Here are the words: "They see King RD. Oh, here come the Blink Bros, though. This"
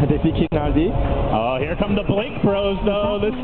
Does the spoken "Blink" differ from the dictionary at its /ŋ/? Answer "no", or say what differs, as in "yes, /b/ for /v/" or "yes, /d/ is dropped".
yes, /ŋ/ is dropped